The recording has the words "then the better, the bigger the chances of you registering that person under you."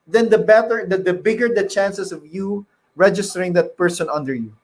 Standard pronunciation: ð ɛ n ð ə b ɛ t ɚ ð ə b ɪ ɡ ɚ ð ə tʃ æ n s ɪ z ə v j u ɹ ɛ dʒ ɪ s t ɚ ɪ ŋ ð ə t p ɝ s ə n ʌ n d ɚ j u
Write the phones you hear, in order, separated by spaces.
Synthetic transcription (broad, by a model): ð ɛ n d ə b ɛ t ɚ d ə b ɪ ɡ ɚ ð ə tʃ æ n s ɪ s ə v j u ɹ ɛ dʒ ɪ s t ɚ ɪ ŋ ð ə t p ɝ s ə n ʌ n d ɚ j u